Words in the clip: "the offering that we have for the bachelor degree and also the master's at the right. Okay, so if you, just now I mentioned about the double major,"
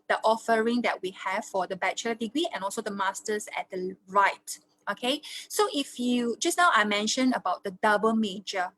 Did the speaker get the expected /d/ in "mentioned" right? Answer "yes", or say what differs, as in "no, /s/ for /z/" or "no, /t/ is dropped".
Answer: no, /d/ is dropped